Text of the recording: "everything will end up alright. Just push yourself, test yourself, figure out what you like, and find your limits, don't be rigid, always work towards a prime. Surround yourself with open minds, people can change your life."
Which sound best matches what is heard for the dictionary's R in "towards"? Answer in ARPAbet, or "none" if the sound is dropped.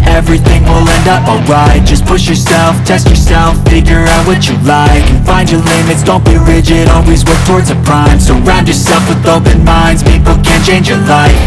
R